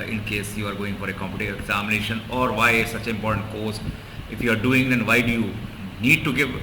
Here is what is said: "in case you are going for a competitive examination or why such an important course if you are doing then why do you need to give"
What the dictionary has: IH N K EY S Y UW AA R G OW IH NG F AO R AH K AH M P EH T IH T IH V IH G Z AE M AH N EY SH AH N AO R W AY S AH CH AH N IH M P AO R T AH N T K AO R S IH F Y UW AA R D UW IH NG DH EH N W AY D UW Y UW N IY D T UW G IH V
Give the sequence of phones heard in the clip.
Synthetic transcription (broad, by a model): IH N K EY S Y UW AA R G OW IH NG F AO R AH K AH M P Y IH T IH IH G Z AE M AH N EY SH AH N AO R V AY S AH CH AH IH M P AO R T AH N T K AO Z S IH F Y UW AA R D UW IH NG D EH N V AY D UW Y UW N IY D T UW G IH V